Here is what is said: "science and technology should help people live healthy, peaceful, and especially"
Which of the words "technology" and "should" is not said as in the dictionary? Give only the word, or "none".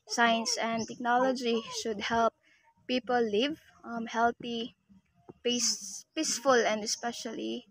none